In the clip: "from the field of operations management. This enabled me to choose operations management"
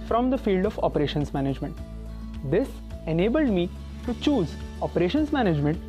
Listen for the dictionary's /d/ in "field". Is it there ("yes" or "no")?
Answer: yes